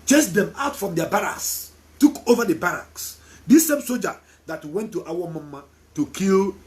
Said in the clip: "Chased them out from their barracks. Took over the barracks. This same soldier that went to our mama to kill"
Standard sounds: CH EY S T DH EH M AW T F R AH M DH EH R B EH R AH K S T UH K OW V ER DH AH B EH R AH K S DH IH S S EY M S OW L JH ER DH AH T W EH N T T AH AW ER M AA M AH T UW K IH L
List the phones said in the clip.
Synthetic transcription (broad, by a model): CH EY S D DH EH M AW T F R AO M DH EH B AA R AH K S T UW K OW V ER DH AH B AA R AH K S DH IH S S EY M S OW JH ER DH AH T W EH N T T AW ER M AA M AH T UW K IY L